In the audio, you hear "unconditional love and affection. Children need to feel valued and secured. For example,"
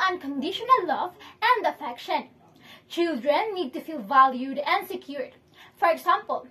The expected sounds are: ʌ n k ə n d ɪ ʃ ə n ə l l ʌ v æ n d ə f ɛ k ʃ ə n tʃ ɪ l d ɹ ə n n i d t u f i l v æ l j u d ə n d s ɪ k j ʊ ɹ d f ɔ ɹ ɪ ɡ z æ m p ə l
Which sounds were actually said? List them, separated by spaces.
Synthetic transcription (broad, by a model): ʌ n k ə n d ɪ ʃ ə n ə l l ʌ v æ n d ə f ɛ k ʃ ə n tʃ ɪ l d ɹ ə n n i d t u f i l v æ l j u d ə n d s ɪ k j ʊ ɹ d f ɔ ɹ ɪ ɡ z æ m p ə l